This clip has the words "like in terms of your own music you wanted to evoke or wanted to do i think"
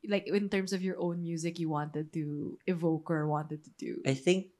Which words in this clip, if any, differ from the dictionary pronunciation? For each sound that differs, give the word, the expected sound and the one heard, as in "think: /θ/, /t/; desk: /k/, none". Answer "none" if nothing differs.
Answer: terms: /z/, /s/